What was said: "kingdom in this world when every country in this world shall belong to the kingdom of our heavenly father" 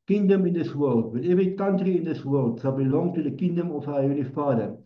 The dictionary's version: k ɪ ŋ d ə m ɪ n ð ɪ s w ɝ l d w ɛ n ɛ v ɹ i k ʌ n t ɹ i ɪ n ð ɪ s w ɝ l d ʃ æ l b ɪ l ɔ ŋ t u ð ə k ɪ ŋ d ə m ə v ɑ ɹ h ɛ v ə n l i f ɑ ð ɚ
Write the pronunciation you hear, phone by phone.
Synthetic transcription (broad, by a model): k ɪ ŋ d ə m ɪ n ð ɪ s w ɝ l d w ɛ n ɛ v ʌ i k ʌ n t ɹ i ɪ n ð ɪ s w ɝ l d s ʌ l b ɪ l ɔ ŋ t u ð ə k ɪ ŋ d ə m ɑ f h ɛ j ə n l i f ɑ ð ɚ